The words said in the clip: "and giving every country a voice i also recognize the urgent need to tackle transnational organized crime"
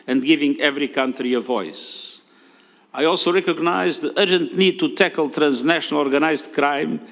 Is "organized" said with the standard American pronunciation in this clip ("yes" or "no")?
yes